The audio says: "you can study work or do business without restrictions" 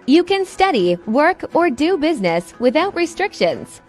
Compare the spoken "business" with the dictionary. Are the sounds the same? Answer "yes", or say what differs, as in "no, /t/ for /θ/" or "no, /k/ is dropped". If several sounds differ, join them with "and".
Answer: yes